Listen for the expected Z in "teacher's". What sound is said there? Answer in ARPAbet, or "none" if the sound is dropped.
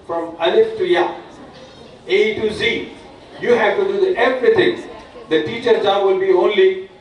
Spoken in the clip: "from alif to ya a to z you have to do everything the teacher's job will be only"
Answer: none